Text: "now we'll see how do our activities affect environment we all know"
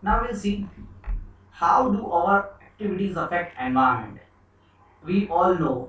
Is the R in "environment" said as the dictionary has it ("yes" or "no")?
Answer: no